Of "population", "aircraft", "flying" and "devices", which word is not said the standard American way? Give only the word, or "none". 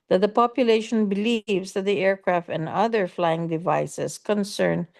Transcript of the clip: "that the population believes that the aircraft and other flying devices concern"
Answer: devices